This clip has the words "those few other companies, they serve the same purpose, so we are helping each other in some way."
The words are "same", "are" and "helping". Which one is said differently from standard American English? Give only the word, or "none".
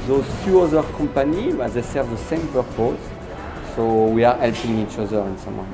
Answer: none